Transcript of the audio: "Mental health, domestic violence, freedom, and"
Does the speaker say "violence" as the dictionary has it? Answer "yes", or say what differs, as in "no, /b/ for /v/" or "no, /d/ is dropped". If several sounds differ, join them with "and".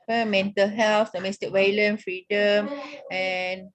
no, /s/ is dropped